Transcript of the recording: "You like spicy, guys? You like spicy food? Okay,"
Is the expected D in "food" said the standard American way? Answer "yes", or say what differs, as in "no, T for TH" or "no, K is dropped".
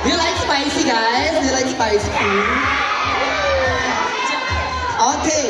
no, D is dropped